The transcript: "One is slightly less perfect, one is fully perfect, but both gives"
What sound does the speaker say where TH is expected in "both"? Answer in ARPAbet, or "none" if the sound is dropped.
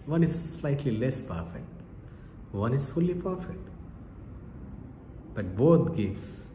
T